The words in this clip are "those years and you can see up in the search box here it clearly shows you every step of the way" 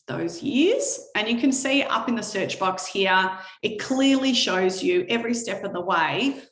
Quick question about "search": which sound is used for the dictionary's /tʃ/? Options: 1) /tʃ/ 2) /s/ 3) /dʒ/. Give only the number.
1